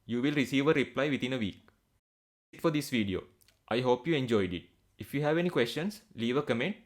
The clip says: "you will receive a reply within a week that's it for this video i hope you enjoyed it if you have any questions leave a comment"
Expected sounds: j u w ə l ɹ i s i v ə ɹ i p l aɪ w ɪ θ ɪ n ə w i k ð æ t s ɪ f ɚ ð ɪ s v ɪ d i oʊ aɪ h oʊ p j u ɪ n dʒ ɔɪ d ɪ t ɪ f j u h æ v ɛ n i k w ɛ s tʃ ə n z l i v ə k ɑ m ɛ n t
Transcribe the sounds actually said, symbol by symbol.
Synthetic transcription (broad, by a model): j u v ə l ɹ i s i v ə ɹ i p l aɪ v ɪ t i n ə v i k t f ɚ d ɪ s v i d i oʊ aɪ h oʊ p j u ɪ n dʒ ɔɪ d ɪ t ɪ f j u h æ v ɛ n i k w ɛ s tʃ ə n s l i v ə k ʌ m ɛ n t